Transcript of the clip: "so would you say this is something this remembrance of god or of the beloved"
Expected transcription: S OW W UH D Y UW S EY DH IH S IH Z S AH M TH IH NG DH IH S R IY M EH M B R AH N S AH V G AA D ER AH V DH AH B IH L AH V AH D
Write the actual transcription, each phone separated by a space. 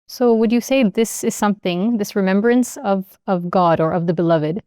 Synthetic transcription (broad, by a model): S OW W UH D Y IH S EY DH IH S IH Z S AH M TH IH NG DH IH S R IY M EH M B R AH N S AH V G AA D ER AH V DH AH B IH L AH V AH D